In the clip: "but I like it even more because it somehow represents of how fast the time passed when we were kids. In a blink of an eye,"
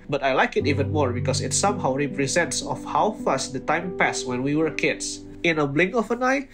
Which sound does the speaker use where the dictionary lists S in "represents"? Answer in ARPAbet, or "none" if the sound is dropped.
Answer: S